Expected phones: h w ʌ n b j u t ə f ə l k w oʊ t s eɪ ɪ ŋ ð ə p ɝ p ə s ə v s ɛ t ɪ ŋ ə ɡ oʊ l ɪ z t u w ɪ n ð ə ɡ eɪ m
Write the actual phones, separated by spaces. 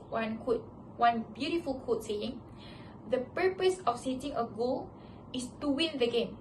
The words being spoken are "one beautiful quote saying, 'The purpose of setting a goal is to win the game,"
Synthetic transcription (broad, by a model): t w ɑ n b j u t ə f ə l k oʊ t s eɪ ɪ ŋ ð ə p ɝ p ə s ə f s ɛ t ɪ ŋ ə ɡ oʊ l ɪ s t u w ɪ n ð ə ɡ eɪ m